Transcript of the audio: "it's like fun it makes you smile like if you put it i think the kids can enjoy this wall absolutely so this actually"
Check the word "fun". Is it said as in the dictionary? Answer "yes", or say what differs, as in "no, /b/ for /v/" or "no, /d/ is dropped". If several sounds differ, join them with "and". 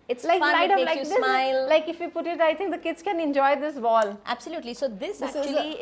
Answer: no, /n/ is dropped